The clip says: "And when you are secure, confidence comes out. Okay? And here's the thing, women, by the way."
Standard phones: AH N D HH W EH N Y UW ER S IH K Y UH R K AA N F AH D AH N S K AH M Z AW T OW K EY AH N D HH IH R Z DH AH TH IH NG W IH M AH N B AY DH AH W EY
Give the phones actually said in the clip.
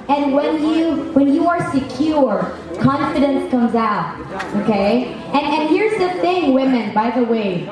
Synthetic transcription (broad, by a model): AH N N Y W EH N Y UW ER S IH K Y UH R K AA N F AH D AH N S K AH M Z AW T OW K EY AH N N HH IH R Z DH AH TH IH NG W IH M AH N B AY DH AH W EY